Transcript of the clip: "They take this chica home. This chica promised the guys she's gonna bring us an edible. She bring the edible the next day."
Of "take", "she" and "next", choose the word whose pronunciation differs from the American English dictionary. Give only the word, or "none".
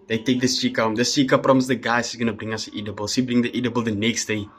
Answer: she